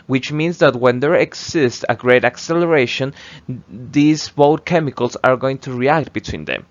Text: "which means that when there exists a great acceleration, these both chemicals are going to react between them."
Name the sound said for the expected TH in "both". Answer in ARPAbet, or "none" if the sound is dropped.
T